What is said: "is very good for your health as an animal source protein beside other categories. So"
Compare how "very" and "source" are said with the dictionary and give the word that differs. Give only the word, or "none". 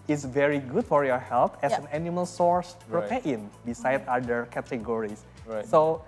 none